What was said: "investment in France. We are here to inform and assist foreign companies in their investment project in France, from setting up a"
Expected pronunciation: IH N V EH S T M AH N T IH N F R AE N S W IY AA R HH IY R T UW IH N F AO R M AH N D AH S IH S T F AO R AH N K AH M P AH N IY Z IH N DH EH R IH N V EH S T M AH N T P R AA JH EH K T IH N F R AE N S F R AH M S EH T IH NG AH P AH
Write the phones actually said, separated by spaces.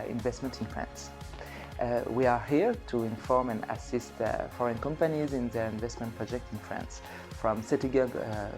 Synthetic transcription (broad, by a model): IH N V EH S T M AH N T IH N F R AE N S W IY AA R HH IY R T UW IH N F AO R M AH N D AH S IH S T F AO R AH N K AH M P AH N IY Z IH N DH EH R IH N V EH S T M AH N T P R AA JH EH K T IH N F R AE N S F R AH M S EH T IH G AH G